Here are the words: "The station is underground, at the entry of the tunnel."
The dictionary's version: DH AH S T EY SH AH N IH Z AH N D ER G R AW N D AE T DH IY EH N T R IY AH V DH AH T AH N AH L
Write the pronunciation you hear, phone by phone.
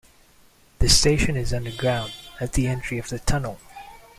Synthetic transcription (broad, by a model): DH AH S T EY SH AH N IH Z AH N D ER G R AW N D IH T DH IY EH N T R IY AH V DH AH T AH N L